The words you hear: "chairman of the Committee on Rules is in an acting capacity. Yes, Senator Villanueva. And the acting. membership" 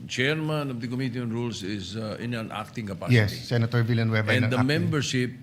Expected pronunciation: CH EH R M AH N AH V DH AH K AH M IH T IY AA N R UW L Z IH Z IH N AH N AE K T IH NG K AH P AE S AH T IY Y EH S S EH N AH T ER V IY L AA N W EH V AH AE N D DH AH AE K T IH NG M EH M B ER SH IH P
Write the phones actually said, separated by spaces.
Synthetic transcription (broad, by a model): CH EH R M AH N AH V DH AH K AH M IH T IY AA N R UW L S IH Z IH N AH N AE K T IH NG K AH P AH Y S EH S S EH N AH T ER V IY L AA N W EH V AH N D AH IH M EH M B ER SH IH P